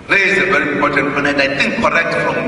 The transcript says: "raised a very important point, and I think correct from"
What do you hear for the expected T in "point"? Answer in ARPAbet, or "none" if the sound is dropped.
none